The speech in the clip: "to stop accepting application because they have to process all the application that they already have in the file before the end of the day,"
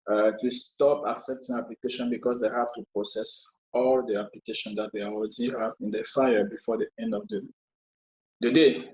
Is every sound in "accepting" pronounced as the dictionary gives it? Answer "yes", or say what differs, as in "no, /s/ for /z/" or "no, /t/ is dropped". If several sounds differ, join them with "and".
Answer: yes